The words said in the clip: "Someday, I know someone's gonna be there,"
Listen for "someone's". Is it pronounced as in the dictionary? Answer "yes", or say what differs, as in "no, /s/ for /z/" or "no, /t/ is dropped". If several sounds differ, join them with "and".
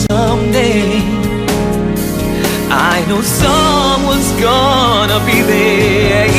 yes